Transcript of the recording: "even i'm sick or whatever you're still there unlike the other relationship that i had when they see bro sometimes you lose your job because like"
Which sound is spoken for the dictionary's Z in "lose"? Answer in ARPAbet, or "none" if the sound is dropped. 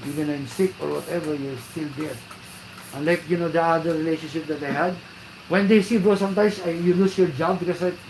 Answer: S